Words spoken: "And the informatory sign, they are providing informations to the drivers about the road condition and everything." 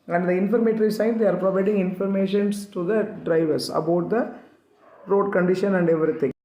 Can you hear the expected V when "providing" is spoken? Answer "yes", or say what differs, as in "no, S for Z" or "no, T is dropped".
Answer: yes